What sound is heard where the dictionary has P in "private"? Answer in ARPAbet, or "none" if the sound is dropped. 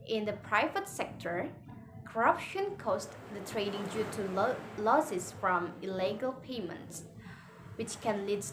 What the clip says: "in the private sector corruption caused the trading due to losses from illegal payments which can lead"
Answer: P